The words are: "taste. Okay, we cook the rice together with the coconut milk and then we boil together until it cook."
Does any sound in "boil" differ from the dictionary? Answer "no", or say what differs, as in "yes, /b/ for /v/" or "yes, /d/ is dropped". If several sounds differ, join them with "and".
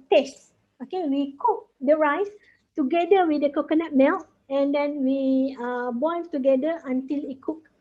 yes, /n/ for /l/